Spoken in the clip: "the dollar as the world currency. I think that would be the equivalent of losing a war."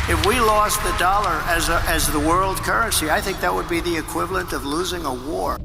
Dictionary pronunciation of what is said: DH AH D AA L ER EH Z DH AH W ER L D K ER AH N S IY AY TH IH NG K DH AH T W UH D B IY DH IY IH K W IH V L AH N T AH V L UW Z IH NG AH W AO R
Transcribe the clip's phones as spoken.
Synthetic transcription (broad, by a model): DH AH D AA L ER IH Z DH AH W ER L D K ER AH N S IY AY TH IH NG K DH AH T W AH D B IY DH IY IH K W IH V L AH N T AH V L UW Z IH NG AH W AO R